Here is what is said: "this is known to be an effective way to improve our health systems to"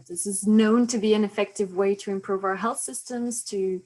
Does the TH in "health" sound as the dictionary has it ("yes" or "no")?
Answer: yes